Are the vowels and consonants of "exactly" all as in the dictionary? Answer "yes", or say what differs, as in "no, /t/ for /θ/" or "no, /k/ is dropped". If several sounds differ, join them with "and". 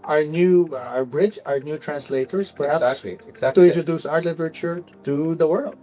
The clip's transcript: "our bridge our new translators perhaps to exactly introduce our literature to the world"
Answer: no, /l/ is dropped